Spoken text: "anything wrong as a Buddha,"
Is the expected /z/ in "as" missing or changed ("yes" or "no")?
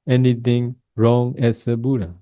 yes